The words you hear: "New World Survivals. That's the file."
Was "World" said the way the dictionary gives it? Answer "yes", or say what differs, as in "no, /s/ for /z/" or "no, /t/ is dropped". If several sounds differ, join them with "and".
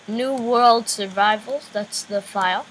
yes